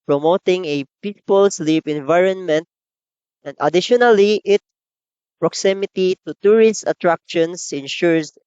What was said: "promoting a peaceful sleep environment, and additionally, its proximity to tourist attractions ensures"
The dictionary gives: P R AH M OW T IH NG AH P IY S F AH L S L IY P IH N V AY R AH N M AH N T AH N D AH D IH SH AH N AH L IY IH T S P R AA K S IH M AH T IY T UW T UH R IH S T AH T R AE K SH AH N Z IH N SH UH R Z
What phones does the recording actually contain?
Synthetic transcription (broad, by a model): P R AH M OW T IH NG AH P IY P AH L S L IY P IH N V AY R AH N M AH N T AH N D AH D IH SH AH N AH L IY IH T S P R AA K S IH M AH T IY T UW T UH R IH S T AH T R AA K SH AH N S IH N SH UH R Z